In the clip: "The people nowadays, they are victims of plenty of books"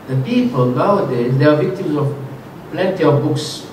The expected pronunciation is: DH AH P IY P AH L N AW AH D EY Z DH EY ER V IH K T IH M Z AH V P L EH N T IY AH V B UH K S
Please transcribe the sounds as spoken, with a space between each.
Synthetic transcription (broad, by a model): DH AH P IY P AH L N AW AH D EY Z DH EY ER V IH K T IH M Z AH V P L EH N T IY AH V B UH K S